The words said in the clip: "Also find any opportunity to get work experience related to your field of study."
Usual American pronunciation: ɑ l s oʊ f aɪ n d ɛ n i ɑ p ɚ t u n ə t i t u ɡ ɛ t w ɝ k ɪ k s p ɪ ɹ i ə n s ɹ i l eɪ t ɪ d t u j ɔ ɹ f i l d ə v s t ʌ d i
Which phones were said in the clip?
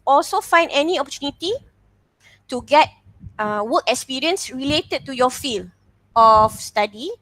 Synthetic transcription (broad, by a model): ɑ l s oʊ f aɪ n d ɛ n i ɑ p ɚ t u n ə t i t u ɡ ɛ t w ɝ k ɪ k s p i ɹ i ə n s ɹ i l eɪ t ɪ d t u j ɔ f i l ə f s t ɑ d i